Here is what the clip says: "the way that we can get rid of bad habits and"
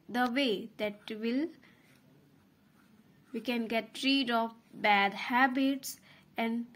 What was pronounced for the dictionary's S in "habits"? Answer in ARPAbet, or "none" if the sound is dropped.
S